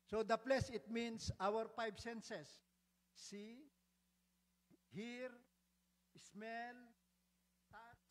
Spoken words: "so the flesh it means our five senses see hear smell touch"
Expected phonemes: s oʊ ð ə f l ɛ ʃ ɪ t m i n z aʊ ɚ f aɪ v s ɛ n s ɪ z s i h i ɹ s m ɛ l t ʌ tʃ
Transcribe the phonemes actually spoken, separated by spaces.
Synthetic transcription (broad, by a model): s oʊ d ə p l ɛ s ɪ t m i n s aʊ ɚ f aɪ b s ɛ n s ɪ s i h i ɹ s m ɛ l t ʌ